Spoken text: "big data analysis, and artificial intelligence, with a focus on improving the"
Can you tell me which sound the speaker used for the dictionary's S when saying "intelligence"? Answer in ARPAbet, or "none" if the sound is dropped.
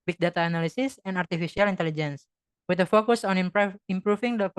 S